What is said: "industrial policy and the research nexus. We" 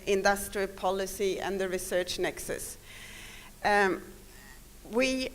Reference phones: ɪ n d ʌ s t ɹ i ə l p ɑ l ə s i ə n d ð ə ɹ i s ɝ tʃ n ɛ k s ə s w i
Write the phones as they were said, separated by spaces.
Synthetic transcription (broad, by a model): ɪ n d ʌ s t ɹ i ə l p ɑ l ə s i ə n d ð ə ɹ i s ɝ tʃ n ɛ k s ə s w i